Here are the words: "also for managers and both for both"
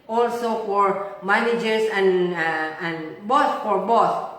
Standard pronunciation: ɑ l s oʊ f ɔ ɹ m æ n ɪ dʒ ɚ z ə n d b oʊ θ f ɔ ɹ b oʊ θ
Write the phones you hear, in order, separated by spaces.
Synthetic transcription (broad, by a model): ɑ l s oʊ f ɔ ɹ m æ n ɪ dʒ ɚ s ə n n b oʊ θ f ɔ ɹ b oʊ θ